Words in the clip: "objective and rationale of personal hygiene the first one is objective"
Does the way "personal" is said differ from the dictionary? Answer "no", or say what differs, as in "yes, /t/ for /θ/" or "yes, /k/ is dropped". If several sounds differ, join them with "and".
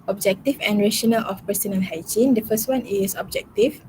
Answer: yes, /n/ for /l/